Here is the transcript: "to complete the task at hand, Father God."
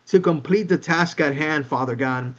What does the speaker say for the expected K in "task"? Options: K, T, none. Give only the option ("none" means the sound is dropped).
K